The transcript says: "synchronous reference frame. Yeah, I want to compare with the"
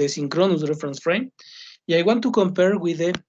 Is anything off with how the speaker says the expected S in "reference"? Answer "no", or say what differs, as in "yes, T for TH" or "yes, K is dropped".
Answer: no